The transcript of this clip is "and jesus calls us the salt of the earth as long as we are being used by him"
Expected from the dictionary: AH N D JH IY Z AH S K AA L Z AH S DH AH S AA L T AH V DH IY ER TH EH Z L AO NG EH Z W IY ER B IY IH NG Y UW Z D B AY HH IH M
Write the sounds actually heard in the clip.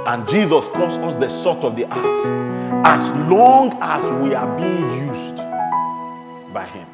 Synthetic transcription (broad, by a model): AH N JH IY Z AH S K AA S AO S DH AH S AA T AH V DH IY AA T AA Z L AO NG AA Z W IY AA B IY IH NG Y UW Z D B AY HH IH M